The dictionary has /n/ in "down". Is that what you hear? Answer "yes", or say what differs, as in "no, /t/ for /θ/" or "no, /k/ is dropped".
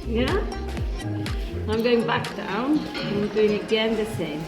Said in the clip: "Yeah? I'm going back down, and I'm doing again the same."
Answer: no, /n/ is dropped